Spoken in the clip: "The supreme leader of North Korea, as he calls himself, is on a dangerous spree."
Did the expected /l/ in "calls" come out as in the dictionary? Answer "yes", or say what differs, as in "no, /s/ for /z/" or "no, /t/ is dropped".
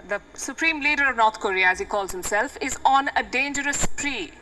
yes